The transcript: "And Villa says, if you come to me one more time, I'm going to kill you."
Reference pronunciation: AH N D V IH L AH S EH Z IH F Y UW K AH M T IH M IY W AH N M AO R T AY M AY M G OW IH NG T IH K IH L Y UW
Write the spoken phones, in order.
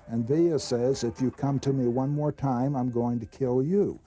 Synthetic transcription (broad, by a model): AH N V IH AH S EH Z IH F Y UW K AH M T IH M IY W AH N M AO R T AY M AY M G OW IH NG T IH K IH L Y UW